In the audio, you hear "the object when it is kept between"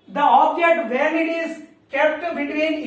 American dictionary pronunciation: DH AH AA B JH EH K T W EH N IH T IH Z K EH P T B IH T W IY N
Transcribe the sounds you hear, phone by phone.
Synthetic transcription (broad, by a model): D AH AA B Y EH T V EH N IH T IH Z K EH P T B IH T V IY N